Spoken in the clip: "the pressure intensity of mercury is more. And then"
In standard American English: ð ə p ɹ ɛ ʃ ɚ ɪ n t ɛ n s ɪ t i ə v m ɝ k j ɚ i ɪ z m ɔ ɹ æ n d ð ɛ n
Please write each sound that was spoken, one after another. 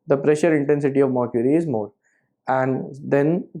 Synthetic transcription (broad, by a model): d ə p ɹ ɛ ʃ ɚ ɪ n t ɛ n s ɪ t i ə v m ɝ k j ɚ i ɪ z m ɔ ɹ æ n d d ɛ n